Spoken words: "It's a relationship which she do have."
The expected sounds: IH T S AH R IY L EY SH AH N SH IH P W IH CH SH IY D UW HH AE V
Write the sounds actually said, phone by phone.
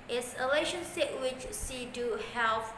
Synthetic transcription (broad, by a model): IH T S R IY L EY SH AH N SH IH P W IH CH S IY D UW HH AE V